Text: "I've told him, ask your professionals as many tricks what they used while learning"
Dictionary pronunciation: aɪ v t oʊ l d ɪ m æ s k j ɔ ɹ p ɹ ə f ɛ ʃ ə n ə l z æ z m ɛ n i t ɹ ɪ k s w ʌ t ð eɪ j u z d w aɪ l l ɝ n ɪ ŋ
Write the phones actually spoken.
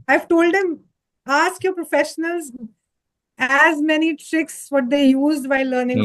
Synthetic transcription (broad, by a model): aɪ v t oʊ l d ɪ m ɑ s k j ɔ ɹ p ɹ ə f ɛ ʃ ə n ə l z æ z m ɛ n i t ɹ ɪ k s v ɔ t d eɪ j u z d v aɪ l l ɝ n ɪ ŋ